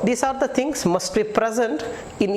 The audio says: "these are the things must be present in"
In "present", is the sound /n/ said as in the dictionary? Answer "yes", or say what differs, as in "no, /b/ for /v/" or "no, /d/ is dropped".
yes